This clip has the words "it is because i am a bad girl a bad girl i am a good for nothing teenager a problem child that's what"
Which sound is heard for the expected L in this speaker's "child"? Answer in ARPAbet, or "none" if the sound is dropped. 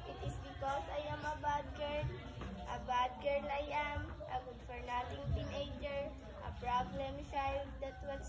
none